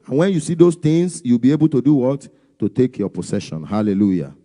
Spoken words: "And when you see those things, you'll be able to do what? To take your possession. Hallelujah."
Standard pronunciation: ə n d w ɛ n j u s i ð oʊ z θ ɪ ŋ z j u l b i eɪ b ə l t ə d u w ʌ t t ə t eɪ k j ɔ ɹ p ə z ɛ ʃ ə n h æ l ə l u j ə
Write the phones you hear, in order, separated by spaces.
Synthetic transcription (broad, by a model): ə n w ɛ n j u s i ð oʊ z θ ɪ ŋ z j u w b i eɪ b ə l t ə d u w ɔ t t ə t eɪ k j ɔ p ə s ɛ ʃ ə n h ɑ l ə l u j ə